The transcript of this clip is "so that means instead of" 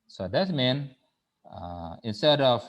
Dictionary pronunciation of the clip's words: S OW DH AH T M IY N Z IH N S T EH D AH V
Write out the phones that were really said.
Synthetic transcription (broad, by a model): S OW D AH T M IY N IH N S T EH D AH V